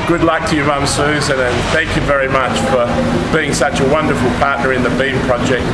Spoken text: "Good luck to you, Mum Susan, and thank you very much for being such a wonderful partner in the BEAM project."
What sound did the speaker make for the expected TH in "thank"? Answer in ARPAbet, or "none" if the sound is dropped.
TH